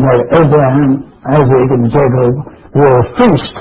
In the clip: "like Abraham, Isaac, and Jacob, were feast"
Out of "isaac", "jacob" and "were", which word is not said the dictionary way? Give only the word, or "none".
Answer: none